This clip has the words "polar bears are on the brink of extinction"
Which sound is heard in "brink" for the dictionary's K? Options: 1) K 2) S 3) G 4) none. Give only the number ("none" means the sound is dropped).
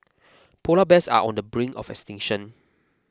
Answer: 4